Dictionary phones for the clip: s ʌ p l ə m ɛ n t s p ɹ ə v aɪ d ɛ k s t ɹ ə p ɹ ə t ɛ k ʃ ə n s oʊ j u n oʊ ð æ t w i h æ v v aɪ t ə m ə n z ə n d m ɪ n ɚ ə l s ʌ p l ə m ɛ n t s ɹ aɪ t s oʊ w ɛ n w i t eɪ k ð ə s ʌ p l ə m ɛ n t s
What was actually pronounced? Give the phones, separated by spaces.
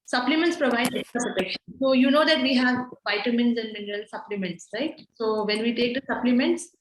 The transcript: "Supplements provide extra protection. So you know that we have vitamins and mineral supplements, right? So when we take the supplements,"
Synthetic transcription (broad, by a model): s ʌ p l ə m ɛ n t s p ɹ ə v aɪ d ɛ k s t ə p ɹ ə t ɛ k ʃ ə n s oʊ j u n oʊ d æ t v i h æ v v aɪ t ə m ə n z ə n d m ɪ n ɚ ə l s ʌ p l ə m ɛ n t s ɹ aɪ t s oʊ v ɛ n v i t eɪ k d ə s ʌ p l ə m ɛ n t s